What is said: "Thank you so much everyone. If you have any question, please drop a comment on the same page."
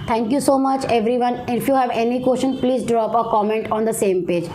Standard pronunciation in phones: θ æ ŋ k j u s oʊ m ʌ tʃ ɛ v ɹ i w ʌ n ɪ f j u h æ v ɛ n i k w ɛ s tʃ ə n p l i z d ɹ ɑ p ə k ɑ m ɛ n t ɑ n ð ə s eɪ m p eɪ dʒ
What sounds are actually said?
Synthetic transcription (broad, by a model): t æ ŋ k j u s oʊ m ʌ tʃ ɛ v ɹ i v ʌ n ɪ f j u h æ v ɛ n i k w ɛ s ʃ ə n p l i z d ɹ ɑ p ə k ɑ m ɛ n t ɑ n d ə s eɪ m p eɪ dʒ